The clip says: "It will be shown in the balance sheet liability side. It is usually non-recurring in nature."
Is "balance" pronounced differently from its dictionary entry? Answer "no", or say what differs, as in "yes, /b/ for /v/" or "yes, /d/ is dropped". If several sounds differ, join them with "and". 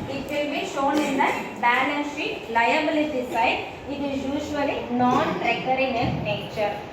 yes, /n/ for /l/